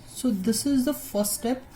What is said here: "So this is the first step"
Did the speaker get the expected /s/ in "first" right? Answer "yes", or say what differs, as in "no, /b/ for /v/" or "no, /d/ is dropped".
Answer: no, /s/ is dropped